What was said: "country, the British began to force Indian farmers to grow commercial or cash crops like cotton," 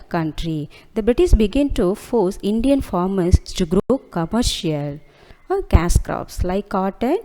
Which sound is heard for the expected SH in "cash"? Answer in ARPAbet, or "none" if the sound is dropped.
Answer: S